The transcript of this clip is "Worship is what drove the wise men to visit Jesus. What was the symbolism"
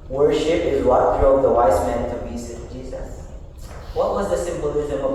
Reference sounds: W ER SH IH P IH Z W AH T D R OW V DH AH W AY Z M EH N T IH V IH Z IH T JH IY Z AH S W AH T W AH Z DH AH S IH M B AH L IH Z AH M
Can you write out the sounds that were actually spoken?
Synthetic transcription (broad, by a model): W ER SH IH P IH Z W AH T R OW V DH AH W AY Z M EH N T IH B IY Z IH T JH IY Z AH S W AH T W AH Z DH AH S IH M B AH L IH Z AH M